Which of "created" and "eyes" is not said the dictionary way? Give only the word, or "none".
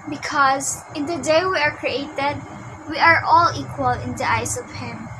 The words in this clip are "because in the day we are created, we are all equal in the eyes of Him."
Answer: eyes